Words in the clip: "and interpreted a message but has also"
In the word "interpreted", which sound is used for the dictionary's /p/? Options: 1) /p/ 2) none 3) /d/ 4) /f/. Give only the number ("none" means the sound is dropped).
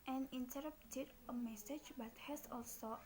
2